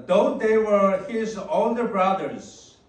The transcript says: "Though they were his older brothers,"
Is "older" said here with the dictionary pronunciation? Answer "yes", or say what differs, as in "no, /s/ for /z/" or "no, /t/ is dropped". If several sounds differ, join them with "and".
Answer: no, /n/ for /l/